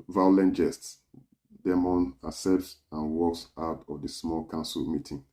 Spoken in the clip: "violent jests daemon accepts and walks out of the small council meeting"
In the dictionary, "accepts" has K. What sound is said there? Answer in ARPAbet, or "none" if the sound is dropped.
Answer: none